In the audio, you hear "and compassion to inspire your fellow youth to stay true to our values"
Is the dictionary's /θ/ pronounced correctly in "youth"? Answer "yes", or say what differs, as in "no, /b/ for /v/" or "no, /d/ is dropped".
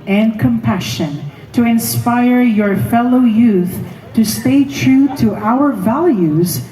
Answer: yes